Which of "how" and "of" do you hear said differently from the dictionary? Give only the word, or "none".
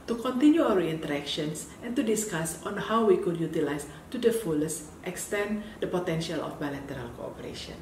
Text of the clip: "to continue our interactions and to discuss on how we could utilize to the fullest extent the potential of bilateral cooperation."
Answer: of